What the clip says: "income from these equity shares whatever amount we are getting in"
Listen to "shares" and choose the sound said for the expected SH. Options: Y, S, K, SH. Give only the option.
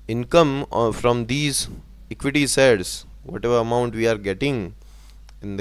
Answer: S